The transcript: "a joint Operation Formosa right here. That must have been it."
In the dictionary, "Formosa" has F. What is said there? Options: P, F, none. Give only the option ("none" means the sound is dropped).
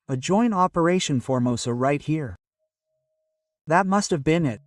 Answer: F